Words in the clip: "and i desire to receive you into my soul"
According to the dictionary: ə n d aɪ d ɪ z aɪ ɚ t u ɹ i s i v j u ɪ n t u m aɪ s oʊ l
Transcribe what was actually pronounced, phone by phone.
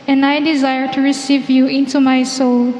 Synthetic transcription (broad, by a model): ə n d aɪ d ɪ z aɪ ɚ t u ɹ i s i v j u ɪ n t u m aɪ s oʊ l